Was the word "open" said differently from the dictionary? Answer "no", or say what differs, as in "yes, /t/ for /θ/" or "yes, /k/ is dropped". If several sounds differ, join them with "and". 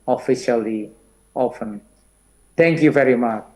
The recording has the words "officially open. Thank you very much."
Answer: yes, /f/ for /p/